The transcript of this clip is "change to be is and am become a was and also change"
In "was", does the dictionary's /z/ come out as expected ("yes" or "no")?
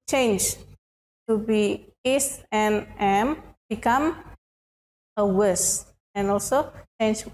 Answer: no